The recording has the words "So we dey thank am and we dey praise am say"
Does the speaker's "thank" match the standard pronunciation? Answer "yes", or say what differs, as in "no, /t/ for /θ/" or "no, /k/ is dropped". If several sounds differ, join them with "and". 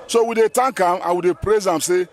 no, /t/ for /θ/